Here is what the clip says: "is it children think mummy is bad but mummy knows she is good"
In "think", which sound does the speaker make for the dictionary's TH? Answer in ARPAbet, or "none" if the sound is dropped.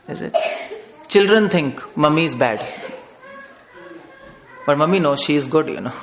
T